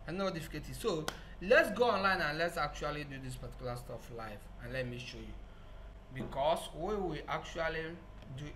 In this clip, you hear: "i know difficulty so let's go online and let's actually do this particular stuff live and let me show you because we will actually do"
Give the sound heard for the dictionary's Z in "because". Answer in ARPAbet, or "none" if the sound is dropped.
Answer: S